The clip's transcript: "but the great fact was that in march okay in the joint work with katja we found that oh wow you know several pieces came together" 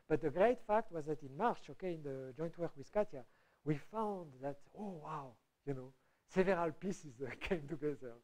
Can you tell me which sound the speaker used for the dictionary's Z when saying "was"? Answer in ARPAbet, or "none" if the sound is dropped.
Z